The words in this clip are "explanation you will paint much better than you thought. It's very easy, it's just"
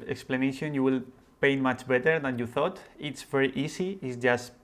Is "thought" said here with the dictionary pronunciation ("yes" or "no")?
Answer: yes